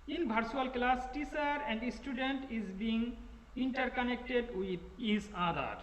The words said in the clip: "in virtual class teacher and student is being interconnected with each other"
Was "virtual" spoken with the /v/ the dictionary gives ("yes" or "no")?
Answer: no